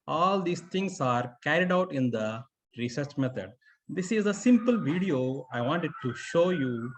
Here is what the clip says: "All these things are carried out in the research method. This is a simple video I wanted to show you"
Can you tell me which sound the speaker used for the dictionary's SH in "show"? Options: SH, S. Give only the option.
SH